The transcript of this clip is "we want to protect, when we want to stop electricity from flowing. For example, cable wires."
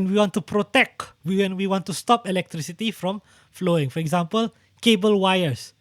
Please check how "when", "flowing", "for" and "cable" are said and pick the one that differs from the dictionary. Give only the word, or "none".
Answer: none